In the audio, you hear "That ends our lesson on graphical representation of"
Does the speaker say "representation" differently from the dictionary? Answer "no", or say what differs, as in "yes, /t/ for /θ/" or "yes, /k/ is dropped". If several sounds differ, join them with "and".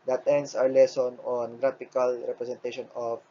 yes, /s/ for /z/